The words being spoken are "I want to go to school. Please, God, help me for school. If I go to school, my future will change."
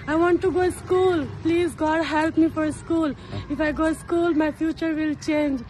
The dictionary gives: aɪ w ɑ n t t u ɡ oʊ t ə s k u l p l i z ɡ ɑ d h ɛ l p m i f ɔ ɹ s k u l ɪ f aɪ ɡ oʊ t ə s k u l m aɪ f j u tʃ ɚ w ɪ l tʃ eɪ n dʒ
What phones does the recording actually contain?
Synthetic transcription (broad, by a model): aɪ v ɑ n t t u ɡ oʊ s k u l p l i z ɡ ɑ d h ɛ l p m i f ɔ ɹ s k u l ɪ f aɪ ɡ oʊ s k u l m aɪ f j u tʃ ɚ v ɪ l tʃ eɪ n dʒ